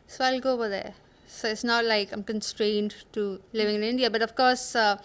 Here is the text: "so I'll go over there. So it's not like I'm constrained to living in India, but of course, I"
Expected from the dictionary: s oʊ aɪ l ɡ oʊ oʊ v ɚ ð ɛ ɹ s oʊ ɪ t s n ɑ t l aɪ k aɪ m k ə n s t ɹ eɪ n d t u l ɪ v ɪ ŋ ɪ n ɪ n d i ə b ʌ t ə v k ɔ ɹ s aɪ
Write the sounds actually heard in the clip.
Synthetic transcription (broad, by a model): s oʊ aɪ l ɡ oʊ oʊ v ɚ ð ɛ s oʊ ɪ t s n ɑ t l aɪ k aɪ m k ə n s t ɹ eɪ n d t u l ɪ v ɪ ŋ ɪ n ɪ n d i ə b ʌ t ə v k ɔ s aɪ